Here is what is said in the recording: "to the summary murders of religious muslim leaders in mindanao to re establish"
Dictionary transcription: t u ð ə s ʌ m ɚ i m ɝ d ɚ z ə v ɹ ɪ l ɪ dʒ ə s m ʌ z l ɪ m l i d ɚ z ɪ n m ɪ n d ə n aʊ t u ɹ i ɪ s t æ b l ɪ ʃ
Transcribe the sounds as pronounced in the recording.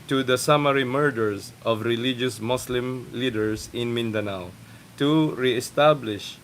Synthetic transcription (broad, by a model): t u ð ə s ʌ m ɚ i m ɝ d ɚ s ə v ɹ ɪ l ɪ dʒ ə s m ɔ s l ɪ m l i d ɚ s ɪ n m ɪ n d ə n aʊ t u ɹ i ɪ s t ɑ b l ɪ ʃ